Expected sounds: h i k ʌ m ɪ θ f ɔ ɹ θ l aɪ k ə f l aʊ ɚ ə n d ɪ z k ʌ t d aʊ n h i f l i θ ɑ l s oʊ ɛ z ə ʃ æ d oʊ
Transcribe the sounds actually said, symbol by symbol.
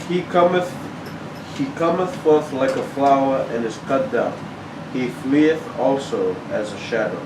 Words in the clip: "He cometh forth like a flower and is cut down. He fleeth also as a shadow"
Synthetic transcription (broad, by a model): h i k ʌ m ɪ θ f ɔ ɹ θ l aɪ k ə f l aʊ ɚ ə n ɪ z k ʌ t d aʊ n h i f l i θ ɑ l s oʊ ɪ z ə ʃ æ d oʊ